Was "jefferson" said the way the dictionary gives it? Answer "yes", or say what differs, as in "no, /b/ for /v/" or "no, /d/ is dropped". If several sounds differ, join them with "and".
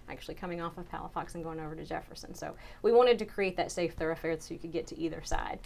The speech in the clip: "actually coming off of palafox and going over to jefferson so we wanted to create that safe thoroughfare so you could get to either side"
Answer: yes